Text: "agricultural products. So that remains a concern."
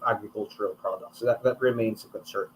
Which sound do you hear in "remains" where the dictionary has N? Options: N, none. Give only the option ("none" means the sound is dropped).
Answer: N